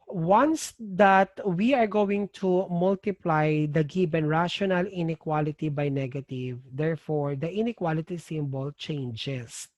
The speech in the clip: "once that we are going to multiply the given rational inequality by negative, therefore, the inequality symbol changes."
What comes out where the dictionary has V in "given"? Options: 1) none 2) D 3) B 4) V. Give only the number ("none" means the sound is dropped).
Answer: 3